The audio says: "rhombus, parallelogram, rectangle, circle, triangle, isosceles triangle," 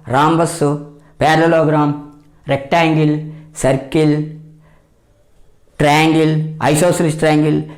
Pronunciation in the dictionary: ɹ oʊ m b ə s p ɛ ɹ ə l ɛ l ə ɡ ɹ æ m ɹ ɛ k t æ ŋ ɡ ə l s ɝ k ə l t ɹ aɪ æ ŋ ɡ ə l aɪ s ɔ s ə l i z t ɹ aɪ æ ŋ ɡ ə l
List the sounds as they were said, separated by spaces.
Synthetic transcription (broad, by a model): ɹ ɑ m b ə s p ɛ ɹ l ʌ l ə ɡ ɹ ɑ m ɹ ɛ k t æ ŋ ɡ ə l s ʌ k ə l t ɹ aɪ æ ŋ ɡ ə l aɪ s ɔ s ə l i s t ɹ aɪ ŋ ɡ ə l